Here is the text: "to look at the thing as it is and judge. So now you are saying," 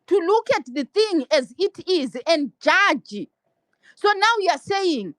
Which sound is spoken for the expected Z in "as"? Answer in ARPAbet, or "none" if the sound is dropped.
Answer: Z